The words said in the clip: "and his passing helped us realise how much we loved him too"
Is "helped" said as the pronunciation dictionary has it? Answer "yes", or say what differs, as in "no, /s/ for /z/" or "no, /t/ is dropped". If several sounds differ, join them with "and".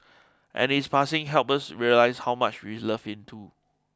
no, /t/ is dropped